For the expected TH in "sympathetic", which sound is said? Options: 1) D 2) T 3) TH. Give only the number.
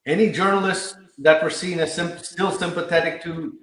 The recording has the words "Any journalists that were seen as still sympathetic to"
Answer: 3